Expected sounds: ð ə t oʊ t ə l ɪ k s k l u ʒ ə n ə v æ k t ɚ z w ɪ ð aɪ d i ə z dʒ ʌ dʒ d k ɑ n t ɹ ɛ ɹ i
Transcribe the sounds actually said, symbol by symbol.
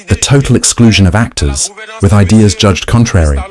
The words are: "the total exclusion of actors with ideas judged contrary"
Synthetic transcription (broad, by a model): ð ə t oʊ t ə l ɪ k s k l u ʒ ə n ə v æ k t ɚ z w ɪ ð aɪ d i ə z dʒ ʌ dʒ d k ɑ n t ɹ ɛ ɹ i